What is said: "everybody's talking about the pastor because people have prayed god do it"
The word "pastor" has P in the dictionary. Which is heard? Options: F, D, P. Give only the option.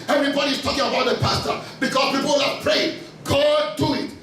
P